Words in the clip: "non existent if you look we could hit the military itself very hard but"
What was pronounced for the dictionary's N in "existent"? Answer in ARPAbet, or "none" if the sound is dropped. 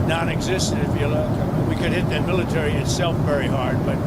none